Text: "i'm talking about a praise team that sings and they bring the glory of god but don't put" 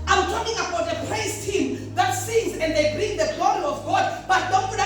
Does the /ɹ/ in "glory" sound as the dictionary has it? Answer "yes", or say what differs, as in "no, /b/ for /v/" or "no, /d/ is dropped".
no, /l/ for /ɹ/